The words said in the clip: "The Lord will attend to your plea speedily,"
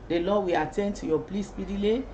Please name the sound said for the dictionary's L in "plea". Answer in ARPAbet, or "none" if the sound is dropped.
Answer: L